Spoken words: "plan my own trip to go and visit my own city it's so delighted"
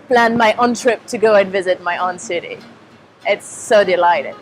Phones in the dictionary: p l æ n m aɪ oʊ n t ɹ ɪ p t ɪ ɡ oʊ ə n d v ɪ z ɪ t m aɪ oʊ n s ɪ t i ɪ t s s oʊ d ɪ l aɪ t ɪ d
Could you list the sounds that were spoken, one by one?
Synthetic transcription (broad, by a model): p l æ n m aɪ oʊ n t ɹ ɪ p t ɪ ɡ oʊ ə n v ɪ z ɪ t m aɪ oʊ n s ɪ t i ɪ t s s oʊ d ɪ l aɪ t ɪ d